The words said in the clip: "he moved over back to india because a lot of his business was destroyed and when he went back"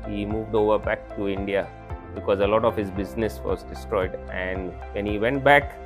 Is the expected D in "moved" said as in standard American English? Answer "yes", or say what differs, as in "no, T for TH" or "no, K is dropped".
yes